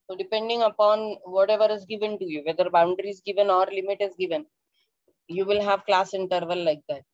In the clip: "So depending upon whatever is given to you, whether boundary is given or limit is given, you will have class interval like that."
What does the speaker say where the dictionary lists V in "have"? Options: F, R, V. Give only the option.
V